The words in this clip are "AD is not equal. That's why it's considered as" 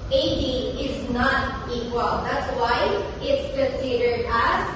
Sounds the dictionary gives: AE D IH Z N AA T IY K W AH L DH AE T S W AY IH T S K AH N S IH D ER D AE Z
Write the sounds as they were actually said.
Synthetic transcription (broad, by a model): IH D IH Z N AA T IY K W AH L DH AE T S W AY IH T S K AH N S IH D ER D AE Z